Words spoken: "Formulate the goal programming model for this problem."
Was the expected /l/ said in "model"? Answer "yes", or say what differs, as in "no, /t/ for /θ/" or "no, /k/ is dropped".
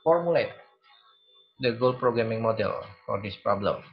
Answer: yes